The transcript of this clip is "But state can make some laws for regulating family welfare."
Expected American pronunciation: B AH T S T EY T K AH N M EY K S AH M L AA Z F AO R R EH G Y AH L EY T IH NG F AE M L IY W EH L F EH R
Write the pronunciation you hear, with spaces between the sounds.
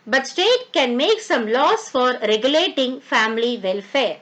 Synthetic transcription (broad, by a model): B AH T S T EY T K AH N M EY K S AH M L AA S F AO R R EH G Y AH L EY T IH NG F AE M L IY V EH L F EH R